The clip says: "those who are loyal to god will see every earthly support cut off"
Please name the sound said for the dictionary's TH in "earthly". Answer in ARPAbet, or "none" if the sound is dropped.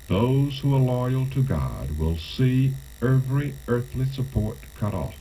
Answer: TH